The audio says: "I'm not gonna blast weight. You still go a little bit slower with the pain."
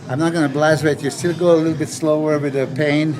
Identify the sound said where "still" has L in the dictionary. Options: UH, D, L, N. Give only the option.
L